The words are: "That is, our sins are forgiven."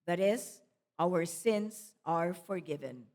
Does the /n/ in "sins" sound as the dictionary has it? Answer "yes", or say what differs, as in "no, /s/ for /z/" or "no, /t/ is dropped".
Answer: yes